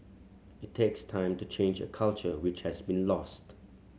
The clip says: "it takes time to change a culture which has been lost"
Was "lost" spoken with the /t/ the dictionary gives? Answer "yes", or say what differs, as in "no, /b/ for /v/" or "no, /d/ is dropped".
yes